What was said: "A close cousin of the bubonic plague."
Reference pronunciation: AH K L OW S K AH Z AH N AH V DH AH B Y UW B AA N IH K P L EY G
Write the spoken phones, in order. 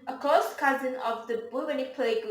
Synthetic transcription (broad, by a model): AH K OW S K AH Z AH N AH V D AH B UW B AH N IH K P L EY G